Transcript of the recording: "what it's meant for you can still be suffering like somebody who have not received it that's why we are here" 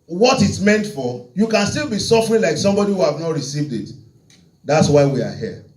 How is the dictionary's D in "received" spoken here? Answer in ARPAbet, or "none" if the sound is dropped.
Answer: D